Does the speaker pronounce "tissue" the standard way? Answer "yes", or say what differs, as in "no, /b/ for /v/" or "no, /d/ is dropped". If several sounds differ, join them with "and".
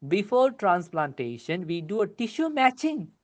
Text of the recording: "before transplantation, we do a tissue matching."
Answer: yes